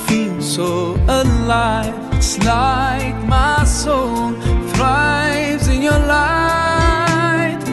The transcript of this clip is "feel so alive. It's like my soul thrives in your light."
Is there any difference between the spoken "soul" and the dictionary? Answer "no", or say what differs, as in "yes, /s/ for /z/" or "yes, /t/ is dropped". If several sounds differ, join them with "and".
yes, /n/ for /l/